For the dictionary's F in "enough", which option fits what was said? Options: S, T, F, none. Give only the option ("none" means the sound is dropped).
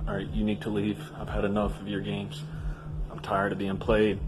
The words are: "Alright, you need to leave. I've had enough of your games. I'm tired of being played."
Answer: F